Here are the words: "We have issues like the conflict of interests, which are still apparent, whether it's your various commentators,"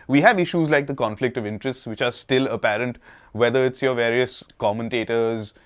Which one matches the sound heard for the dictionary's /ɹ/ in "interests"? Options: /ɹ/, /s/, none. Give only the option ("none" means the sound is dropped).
/ɹ/